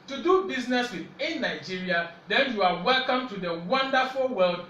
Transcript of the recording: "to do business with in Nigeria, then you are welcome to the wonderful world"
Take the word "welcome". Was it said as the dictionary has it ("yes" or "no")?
yes